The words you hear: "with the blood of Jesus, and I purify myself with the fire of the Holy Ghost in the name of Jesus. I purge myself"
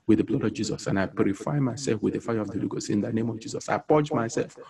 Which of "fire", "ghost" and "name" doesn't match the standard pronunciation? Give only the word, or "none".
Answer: ghost